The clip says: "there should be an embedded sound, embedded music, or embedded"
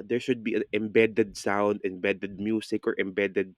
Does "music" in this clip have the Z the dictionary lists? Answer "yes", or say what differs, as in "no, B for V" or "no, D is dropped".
no, S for Z